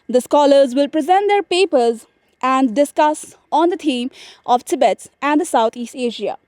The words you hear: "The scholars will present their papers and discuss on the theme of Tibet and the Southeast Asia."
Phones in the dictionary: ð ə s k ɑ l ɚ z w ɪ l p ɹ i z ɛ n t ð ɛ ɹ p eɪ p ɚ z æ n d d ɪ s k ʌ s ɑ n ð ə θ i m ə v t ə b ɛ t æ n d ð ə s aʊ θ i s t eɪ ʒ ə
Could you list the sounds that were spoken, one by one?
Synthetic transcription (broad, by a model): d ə s k ɑ l ɚ z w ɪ l p ɹ i z ɛ n t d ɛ ɹ p eɪ p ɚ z æ n d d ɪ s k ʌ s ɑ n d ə t i m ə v t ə b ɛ t æ n d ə s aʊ t i s t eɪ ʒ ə